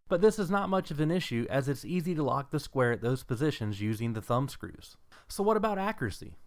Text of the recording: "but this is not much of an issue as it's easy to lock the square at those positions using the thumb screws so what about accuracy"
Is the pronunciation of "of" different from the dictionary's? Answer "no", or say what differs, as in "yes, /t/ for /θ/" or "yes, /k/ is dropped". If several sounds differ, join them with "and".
no